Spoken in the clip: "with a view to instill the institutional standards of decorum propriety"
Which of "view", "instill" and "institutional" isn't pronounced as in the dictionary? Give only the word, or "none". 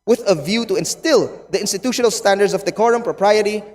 none